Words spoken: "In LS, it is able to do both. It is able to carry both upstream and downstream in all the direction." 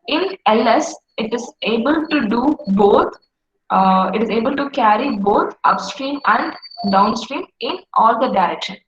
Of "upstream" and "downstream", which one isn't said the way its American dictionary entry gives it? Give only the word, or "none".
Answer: none